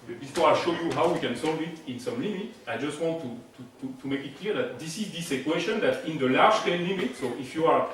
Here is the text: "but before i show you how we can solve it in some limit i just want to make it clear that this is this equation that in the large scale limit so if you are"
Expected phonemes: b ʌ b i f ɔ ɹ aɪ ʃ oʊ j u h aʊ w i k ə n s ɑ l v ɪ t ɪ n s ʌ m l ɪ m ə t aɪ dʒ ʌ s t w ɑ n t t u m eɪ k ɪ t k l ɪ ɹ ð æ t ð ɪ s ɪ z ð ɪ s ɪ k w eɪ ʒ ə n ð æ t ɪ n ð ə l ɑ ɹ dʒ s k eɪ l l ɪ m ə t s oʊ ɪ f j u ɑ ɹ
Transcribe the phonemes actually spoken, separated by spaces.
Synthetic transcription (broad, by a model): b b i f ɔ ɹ aɪ ʃ oʊ j u h aʊ w i k ə n s ɑ l v ɪ t ɪ n s ʌ m l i m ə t aɪ dʒ ʌ s t w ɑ n t t u m eɪ k ɪ t k l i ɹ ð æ t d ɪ s ɪ z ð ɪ s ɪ k w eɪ ʃ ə n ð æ t ɪ n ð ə l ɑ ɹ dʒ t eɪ n l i m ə t s oʊ ɪ f j u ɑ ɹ